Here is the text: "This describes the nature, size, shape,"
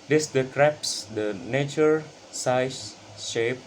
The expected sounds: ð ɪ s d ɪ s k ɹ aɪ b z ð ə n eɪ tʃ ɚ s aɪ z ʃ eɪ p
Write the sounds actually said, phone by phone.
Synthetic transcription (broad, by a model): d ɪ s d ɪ k ɹ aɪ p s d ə n eɪ tʃ ɚ s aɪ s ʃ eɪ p